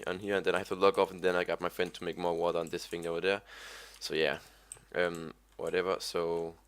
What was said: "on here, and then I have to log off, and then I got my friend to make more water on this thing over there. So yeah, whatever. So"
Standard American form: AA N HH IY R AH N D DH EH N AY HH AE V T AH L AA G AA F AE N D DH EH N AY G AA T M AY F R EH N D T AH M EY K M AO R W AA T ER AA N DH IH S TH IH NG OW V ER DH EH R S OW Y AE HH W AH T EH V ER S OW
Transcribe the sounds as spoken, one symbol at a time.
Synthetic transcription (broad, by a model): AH N HH IY R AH N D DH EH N AY HH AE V T AH L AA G AA F N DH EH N AY G AA T M AY F R EH N D T AH M EY K M AO R W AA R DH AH N DH IH S F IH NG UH W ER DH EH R S OW Y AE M W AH T EH V ER S OW